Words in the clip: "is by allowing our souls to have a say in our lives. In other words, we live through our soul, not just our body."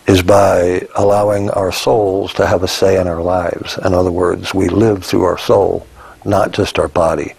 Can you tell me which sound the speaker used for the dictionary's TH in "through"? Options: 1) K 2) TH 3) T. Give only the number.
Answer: 2